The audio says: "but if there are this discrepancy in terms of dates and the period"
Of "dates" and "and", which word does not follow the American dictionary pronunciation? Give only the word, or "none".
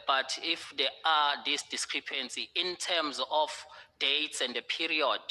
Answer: none